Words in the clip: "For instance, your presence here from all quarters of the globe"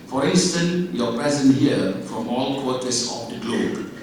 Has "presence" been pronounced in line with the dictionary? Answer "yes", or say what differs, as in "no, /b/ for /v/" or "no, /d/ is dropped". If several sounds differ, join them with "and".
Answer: no, /ɹ/ is dropped and /s/ is dropped